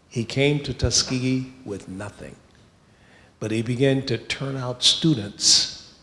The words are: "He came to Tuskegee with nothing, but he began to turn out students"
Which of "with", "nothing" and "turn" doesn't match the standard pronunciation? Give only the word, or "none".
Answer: none